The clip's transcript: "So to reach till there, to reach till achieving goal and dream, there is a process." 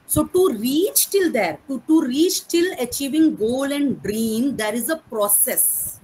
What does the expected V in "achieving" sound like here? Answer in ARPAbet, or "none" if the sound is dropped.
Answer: V